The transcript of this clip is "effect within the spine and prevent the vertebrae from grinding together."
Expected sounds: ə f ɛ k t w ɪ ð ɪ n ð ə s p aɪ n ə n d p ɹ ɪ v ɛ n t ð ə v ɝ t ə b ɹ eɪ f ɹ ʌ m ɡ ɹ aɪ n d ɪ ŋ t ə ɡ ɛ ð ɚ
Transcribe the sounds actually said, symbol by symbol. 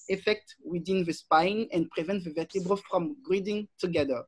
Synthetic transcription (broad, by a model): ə f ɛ k t w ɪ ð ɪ n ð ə s p aɪ n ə n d p ɹ ɪ v ɛ n t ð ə v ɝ t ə b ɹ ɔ f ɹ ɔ m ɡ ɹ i d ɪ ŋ t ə ɡ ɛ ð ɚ